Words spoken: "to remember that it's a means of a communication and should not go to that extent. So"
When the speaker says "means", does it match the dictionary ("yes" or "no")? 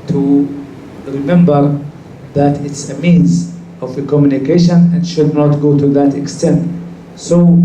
yes